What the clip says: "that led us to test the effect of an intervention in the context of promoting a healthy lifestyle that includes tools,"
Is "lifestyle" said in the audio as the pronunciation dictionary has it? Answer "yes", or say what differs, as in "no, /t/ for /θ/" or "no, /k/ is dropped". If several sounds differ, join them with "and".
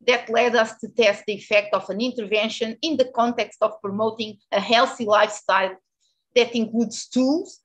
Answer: yes